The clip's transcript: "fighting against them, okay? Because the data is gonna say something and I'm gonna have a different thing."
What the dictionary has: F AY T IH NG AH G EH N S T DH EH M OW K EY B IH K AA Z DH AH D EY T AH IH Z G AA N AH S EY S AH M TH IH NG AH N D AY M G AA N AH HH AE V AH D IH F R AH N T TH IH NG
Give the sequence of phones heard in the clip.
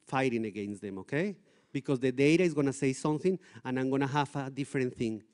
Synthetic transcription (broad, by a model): F AY T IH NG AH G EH N S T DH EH M OW K EY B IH K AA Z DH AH D EY T AH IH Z G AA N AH S EY S AH M TH IH NG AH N AY M G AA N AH HH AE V AH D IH F R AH N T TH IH NG